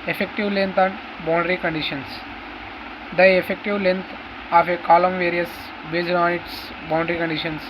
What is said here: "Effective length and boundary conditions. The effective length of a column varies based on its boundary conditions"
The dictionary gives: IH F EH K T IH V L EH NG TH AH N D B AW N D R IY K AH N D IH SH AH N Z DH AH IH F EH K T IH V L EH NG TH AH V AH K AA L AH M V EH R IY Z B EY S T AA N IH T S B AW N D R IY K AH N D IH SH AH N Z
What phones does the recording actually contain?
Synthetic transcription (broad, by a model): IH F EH K T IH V L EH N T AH N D B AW N D R IY K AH N D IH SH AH N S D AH IH F EH K T IH V L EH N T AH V AH K AA L AH M V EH R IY S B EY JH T AA N IH T S B AW N D R IY K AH N D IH SH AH N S